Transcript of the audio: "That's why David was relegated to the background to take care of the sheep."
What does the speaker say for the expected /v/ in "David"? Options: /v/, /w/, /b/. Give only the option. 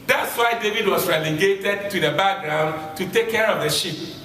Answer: /v/